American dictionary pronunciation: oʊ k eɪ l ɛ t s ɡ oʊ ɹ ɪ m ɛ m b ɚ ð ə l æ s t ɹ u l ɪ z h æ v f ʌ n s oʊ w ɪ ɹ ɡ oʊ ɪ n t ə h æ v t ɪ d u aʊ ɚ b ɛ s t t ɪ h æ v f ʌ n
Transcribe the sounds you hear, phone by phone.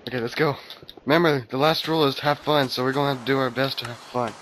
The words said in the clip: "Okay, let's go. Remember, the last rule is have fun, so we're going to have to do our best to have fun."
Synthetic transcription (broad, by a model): oʊ k eɪ l ɛ t s ɡ oʊ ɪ m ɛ m ɚ ð ə l æ s t ɹ u l ɪ z h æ f ʌ n s oʊ w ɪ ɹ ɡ oʊ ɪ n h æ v t ɪ d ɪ aʊ ɚ b ɛ s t t ɪ h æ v f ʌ n